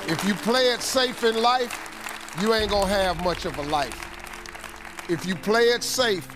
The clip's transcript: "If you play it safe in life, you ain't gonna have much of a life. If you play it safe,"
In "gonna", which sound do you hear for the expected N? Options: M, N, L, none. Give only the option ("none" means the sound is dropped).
none